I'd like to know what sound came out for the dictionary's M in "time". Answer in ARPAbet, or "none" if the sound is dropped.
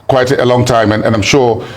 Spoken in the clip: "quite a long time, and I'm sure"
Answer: M